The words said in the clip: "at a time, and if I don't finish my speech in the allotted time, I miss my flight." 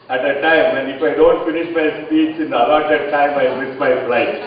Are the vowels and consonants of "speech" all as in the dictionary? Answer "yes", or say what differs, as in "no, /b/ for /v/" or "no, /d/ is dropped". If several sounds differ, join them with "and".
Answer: no, /s/ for /tʃ/